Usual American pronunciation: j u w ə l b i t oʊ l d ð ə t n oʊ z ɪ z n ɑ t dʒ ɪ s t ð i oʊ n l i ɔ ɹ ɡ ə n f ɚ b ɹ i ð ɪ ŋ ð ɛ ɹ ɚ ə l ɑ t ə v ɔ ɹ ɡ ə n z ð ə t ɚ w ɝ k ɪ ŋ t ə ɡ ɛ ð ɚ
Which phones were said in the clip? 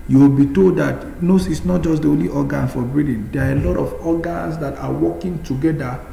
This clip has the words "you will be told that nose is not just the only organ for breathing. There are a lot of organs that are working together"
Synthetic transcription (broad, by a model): j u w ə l b i t oʊ l d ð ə t n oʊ s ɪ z n ɑ t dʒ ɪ s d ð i oʊ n l i ɔ ɡ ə n f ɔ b ɹ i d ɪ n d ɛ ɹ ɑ ə l ɑ t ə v ɔ ɡ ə n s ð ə t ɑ w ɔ k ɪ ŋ t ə ɡ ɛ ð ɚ